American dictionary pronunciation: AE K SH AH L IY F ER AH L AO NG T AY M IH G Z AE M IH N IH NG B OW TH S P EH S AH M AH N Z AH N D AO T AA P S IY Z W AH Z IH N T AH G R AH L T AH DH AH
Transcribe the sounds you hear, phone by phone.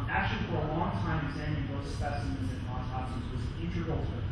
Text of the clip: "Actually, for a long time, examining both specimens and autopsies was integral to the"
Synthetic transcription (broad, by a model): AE K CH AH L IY F ER AH L AO NG T AY M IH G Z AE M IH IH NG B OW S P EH S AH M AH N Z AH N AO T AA S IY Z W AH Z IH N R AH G AH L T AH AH